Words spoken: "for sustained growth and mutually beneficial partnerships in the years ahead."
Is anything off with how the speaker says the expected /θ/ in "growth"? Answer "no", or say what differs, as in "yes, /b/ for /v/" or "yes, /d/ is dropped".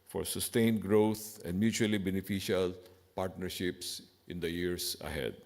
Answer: yes, /t/ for /θ/